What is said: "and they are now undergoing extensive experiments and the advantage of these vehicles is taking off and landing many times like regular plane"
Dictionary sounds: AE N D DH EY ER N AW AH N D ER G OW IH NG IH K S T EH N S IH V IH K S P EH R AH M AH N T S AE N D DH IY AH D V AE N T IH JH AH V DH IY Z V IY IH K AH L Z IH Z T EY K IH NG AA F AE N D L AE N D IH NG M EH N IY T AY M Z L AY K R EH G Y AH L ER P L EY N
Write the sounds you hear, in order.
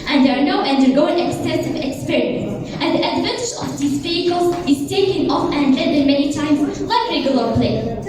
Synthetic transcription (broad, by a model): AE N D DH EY ER N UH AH N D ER G OW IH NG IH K S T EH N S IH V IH K S P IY R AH AH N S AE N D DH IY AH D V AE N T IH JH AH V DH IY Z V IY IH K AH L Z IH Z T EY K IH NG AA F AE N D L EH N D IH M EH N IY T AY M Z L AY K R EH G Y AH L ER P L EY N